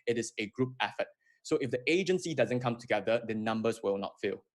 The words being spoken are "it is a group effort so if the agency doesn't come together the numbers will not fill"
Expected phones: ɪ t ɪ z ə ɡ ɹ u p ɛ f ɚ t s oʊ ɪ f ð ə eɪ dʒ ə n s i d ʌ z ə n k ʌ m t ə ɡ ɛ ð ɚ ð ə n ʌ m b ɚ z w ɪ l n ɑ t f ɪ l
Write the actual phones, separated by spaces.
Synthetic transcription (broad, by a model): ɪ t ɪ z ə ɡ ɹ u p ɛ f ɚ t s oʊ ɪ f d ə eɪ dʒ ə n s i d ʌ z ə n k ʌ m t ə ɡ ɛ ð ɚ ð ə n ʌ m b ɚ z w ɪ l n ɑ t f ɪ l